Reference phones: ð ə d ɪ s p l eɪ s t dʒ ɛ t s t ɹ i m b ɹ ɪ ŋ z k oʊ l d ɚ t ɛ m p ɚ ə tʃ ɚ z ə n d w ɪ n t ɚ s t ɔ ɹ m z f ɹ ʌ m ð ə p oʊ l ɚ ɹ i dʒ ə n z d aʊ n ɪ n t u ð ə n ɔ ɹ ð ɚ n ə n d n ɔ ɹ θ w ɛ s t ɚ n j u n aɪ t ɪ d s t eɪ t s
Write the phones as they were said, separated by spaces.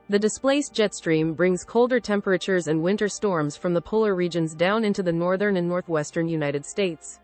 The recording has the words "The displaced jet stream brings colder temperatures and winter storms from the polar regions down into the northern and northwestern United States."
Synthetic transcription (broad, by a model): ð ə d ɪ s p l eɪ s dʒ ɛ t s t ɹ i m b ɹ ɪ ŋ z k oʊ l d ɚ t ɛ m p ɚ ə tʃ ɚ z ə n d w ɪ n t ɚ s t ɔ ɹ m z f ɹ ʌ m ð ə p oʊ l ɚ ɹ i dʒ ə n z d aʊ n ɪ n t u ð ə n ɔ ɹ ð ɚ n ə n n ɔ ɹ θ w ɛ s t ɚ n j u n aɪ t ɪ d s t eɪ t s